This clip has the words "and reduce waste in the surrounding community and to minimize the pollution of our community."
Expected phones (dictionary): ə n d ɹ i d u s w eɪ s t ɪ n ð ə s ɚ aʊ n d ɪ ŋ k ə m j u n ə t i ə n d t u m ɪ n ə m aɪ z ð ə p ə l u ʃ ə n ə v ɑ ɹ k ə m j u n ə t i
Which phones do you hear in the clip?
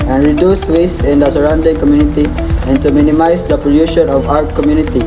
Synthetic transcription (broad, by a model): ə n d ɹ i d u s w eɪ s t ɪ n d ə s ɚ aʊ n d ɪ ŋ k ə m j u n ə t i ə n t u m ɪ n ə m aɪ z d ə p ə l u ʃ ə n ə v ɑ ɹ k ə m j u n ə t i